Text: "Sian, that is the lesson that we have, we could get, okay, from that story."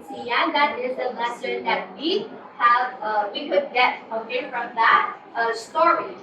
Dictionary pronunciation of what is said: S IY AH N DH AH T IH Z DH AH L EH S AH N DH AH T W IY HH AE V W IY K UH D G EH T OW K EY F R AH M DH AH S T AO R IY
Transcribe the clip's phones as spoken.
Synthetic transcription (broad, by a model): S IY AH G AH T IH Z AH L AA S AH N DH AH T W IY HH AE V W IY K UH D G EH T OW EY F R AH M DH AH S T AO R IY